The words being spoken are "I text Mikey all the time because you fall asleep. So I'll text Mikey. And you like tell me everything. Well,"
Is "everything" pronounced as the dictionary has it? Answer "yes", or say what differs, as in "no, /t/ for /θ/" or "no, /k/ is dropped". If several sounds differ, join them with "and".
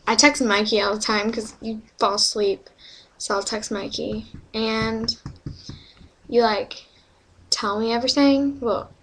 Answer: yes